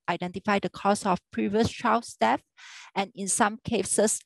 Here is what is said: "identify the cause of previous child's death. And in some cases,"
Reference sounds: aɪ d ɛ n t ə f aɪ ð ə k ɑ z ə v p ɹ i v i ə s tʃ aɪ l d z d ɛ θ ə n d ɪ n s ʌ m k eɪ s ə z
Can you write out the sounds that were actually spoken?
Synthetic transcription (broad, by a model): aɪ d ɛ n t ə f aɪ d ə k ɑ s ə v p ɹ i v i ə s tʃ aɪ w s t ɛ f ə n ɪ n s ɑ m k eɪ s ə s